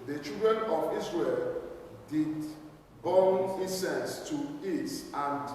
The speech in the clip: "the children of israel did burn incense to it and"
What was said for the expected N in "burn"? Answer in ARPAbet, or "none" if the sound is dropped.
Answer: L